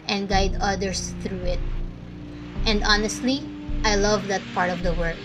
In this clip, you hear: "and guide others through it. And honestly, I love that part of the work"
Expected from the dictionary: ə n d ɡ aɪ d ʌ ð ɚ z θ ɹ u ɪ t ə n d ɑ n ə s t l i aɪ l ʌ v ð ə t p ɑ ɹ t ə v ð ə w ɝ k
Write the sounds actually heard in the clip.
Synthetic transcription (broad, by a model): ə n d ɡ aɪ d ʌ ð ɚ s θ ɹ u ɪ t ə n d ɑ n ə s t l i aɪ l ʌ v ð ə t p ɑ ɹ t ə v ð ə w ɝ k